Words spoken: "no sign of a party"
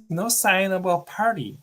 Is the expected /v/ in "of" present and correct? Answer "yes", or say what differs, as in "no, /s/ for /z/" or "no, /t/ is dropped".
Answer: no, /b/ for /v/